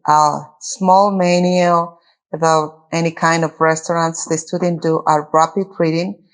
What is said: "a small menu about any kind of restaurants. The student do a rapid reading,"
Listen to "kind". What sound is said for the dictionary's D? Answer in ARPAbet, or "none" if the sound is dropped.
D